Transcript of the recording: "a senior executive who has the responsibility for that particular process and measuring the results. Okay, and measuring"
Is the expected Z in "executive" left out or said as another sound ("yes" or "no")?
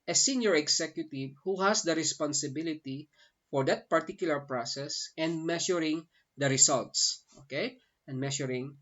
yes